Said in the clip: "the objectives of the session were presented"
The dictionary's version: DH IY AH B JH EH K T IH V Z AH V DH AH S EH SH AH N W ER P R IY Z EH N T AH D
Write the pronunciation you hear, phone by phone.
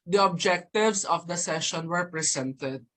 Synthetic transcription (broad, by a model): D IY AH B JH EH K T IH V S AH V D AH S EH SH AH N W ER P R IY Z EH N T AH D